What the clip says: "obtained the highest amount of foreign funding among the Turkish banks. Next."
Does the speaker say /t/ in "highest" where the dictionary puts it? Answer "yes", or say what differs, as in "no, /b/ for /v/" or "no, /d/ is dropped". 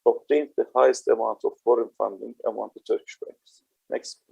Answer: yes